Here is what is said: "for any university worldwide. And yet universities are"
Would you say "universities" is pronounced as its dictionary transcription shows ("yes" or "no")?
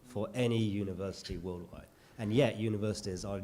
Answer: yes